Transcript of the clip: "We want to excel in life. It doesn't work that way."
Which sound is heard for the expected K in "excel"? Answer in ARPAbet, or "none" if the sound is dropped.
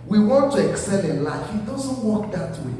K